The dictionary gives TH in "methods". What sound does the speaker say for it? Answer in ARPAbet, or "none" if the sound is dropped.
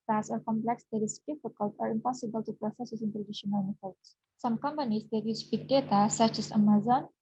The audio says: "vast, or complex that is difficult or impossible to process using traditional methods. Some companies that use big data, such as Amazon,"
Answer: F